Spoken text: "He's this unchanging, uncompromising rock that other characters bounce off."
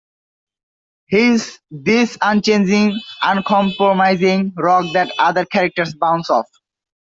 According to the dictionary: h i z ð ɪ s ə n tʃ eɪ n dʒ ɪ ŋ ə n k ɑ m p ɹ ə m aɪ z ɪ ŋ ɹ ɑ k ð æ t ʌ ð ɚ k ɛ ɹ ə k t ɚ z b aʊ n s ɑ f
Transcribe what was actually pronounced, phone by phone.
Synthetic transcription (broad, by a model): h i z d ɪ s ə n tʃ eɪ n dʒ ɪ ŋ ə n k ɑ m p ɹ ə m aɪ z ɪ ŋ ɹ ɑ k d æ t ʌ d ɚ k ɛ ɹ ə k t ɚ s b aʊ n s ɑ f